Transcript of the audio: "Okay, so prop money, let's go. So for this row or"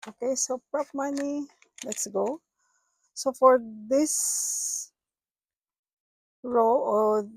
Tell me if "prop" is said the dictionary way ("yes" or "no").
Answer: yes